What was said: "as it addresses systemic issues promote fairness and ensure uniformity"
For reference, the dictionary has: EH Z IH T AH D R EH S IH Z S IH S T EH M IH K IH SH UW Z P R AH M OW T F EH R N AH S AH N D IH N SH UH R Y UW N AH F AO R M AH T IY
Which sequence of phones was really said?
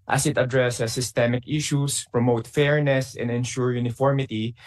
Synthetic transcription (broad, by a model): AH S IH T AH D R EH S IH S IH S T EH M IH K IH SH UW S P R AH M OW T F EH R N AH S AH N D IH N SH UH R Y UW N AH F AO R M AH T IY